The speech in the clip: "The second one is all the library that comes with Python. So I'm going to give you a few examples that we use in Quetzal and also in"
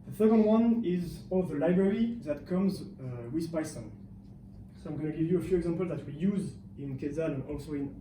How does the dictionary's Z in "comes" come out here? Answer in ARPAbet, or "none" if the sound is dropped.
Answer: Z